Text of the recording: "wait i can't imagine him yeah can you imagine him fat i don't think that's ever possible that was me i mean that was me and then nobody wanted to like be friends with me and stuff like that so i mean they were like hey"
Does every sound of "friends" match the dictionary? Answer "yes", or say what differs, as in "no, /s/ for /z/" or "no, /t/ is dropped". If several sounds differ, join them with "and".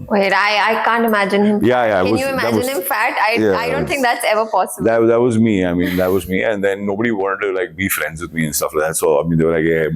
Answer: yes